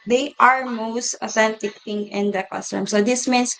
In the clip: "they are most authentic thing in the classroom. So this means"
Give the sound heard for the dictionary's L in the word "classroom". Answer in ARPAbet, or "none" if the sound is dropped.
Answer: none